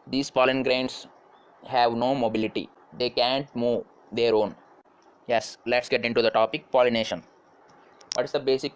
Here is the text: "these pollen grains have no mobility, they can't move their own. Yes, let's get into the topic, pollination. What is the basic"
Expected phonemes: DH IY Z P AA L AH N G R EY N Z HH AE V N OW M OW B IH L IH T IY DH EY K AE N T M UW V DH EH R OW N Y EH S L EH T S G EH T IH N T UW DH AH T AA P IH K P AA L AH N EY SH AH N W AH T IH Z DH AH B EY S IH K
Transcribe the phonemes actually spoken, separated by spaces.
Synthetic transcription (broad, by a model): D IY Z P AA L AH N G R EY N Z HH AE V N OW M OW B IH L IH T IY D EY K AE N T M UW V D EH R OW N Y EH S L EH T S G EH T IH N T UW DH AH T AA P IH K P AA L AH N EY SH AH N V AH T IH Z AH B EY S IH K